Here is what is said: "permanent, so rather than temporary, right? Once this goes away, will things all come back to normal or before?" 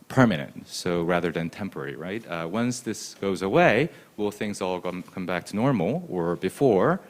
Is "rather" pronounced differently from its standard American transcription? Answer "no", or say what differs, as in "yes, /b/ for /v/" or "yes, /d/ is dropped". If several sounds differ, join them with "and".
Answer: no